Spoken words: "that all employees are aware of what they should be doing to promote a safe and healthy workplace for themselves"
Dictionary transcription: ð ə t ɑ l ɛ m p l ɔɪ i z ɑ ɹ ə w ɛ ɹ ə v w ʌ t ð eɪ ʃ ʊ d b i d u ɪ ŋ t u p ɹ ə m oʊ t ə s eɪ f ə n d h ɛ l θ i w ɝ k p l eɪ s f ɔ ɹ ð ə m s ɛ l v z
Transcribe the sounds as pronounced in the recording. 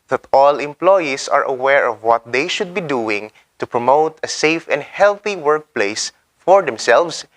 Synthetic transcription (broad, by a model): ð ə t ɑ l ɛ m p l ɔɪ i s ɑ ɹ ə w ɛ ɹ ə v w ʌ t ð eɪ ʃ ʊ d b i d u ɪ ŋ t u p ɹ ə m oʊ t ə s eɪ f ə n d h ɛ l θ i w ɝ k p l eɪ s f ɔ ɹ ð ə m s ɛ l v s